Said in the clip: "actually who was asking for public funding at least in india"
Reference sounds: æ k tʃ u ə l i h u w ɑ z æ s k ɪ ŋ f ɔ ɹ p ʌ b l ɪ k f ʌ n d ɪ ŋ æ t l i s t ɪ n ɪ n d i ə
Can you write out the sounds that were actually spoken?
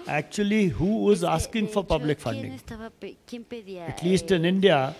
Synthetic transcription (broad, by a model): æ k tʃ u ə l i h u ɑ z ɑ s k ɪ ŋ f ɔ ɹ p ʌ b l ɪ k f ʌ n d ɪ ŋ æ t l i s t ɪ n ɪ n d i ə